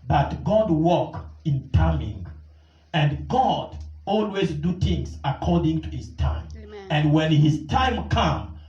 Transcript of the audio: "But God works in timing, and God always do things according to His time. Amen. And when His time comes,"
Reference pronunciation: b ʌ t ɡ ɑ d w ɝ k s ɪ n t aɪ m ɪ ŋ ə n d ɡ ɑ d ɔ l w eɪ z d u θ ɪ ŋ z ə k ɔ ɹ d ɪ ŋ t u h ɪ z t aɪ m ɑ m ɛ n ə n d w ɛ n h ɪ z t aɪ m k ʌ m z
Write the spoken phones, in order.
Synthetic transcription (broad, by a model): b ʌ t ɡ ɑ d w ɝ k ɪ n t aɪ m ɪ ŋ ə n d ɡ ɑ d ɔ l w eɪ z d u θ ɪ ŋ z ə k ɔ ɹ d ɪ ŋ t u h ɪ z t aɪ ɑ m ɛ ə n d w ɛ n h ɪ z t aɪ m k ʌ m